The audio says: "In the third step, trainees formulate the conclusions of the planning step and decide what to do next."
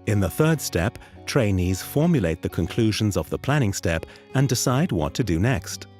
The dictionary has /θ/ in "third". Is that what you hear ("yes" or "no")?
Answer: yes